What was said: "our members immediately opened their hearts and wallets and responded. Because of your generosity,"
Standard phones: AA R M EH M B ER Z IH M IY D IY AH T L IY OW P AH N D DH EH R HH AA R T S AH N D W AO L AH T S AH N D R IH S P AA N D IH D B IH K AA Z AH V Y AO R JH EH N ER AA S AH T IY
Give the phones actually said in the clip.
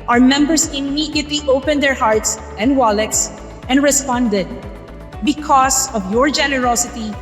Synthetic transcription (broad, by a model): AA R M EH M B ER S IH M IY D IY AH T L IY OW P AH N D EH R HH AA R T S AH N D W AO L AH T S AH N D R IH S P AA N D IH D B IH K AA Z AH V Y AO R JH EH N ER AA S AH T IY